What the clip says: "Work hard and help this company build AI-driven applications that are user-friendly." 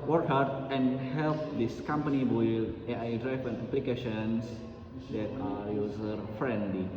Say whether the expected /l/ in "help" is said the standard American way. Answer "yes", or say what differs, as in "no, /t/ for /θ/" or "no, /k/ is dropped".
yes